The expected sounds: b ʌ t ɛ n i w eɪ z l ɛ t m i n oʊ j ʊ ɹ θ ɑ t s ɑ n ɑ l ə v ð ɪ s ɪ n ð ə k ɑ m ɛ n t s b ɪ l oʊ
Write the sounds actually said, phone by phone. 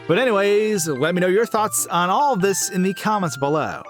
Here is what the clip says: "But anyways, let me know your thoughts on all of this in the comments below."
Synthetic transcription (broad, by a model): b ʌ t ɛ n i w eɪ z l ɛ t m i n oʊ j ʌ ɹ θ ɑ t s n ɑ l ə v ð ɪ s ɪ n ð ə k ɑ m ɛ n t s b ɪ l oʊ